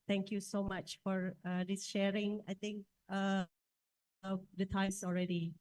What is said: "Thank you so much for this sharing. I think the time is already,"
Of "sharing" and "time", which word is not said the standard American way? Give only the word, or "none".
none